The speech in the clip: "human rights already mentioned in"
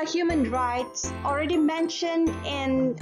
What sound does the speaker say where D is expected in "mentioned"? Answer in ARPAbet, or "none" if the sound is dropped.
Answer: D